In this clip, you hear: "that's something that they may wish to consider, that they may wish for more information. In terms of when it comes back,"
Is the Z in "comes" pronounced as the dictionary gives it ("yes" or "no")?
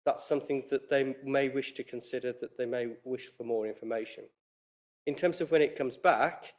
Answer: yes